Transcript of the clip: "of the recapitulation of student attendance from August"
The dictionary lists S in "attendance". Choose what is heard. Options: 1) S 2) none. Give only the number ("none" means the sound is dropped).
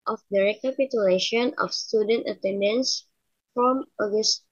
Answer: 1